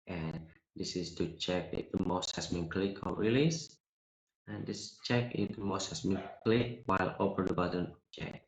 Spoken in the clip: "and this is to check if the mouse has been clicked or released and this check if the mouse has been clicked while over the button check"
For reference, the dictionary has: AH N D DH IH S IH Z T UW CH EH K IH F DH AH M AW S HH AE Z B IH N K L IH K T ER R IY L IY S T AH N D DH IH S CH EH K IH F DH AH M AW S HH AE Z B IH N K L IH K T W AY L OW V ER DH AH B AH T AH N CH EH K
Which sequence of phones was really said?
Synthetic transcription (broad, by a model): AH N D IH S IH S T UW CH EH K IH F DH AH M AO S HH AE S B IH N K L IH K ER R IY L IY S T AH N D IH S CH EH K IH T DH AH M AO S HH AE S B IH N K L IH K W AY L OW P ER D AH B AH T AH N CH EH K